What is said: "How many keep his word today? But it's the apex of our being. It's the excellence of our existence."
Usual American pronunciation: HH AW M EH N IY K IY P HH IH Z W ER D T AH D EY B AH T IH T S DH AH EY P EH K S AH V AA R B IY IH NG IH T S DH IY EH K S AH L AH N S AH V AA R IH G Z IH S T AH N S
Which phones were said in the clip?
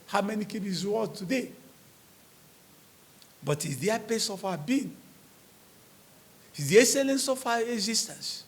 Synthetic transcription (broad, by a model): HH AW M EH N IY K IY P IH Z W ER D T AH D EY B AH T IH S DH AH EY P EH S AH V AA B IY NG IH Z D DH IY EH K S AH L AH N S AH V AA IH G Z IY S T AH N S